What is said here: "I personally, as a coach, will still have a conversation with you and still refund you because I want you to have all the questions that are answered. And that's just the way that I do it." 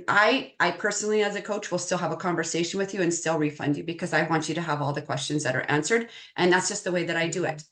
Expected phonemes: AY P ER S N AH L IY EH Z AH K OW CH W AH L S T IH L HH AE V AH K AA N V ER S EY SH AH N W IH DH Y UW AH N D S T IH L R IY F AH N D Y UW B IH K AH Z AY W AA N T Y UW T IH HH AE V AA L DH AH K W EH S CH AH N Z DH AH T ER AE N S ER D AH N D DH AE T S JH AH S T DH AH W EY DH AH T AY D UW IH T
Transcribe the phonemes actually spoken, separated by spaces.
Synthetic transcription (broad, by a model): AY P ER S N L IY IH Z AH K OW CH W AH L S T IH L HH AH V AH K AA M V ER S EY SH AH N W IH DH Y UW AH N S T IH L R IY F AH N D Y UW B IH K AH Z AY W AA N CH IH T IH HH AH V AA L DH AH K W EH S CH AH N Z DH AH T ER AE N S ER D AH N DH AE T S JH AH S T DH AH W EY DH AH T AY D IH IH T